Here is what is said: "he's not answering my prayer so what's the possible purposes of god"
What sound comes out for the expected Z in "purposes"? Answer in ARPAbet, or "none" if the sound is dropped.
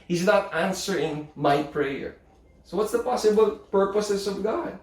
S